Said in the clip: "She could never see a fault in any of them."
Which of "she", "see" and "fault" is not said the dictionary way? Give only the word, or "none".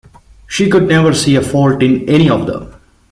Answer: none